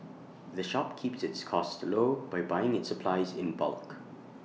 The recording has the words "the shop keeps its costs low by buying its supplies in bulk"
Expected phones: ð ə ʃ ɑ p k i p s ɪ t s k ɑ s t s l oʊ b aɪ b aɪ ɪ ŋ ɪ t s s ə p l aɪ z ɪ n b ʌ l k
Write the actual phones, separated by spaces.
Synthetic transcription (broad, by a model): ð ə ʃ ɑ p k i p s ɪ t s k ɑ s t l oʊ b aɪ b aɪ ɪ ŋ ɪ t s s ə p l aɪ z ɪ n b ʌ l k